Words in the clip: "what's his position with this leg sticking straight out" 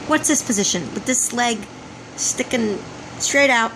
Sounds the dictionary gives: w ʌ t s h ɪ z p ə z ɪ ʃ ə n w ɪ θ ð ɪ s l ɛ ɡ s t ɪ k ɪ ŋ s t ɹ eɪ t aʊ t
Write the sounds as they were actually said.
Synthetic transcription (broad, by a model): w ʌ t s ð ɪ s p ə z ɪ ʃ ə n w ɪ ð ɪ s l ɛ ɡ s t ɪ k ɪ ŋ s t ɹ eɪ t aʊ t